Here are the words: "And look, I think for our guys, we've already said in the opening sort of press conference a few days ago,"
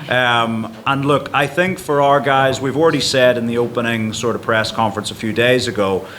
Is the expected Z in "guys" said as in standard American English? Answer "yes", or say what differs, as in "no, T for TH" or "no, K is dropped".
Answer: yes